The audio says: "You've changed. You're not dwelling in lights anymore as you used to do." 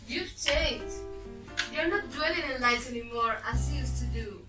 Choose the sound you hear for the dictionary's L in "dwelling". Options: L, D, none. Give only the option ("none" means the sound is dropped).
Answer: none